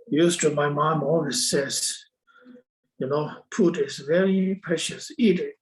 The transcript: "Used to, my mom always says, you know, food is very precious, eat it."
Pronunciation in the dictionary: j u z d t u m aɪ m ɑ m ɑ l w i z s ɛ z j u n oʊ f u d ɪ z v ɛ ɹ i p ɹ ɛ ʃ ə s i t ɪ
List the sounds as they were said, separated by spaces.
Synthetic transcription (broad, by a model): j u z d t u m aɪ m ɑ m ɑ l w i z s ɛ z j u n oʊ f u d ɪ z v ɛ ɹ i p ɹ ɛ ʃ ə s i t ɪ